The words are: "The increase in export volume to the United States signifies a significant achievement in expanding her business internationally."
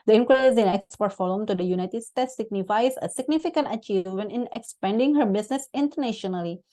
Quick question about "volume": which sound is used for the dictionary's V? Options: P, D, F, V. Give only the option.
F